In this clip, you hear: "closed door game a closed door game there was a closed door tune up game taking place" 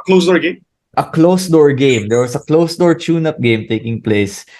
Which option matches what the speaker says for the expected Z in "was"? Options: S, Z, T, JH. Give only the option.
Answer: S